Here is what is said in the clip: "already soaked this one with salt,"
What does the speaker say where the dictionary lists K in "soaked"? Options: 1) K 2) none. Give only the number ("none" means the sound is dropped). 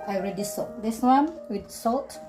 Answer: 2